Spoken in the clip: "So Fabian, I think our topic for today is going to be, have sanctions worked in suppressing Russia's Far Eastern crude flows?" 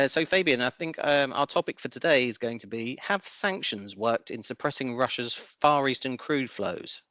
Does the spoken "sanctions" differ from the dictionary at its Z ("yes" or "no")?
no